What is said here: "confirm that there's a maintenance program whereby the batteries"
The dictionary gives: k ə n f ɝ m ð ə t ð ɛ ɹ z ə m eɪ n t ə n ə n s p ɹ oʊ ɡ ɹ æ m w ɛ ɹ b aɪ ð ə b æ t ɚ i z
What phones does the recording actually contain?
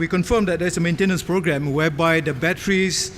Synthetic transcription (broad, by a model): k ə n f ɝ m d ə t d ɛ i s ə m eɪ n t ə n ə n s p ɹ oʊ ɡ ɹ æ m w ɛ b aɪ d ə b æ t ɚ i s